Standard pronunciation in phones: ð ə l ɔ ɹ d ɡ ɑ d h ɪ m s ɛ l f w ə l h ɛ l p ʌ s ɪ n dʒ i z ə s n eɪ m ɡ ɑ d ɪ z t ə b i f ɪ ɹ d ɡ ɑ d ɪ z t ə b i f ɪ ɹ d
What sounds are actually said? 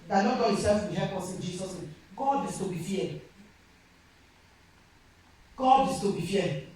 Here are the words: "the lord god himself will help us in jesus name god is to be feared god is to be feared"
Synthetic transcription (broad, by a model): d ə n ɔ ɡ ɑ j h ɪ s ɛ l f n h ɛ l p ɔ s ɪ n dʒ i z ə s n eɪ m ɡ ɑ d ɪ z t ə b i f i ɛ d ɡ ɑ d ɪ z t ə b i f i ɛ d